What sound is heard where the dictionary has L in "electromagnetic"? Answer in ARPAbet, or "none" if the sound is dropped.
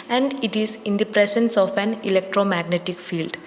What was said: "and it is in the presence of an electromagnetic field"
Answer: L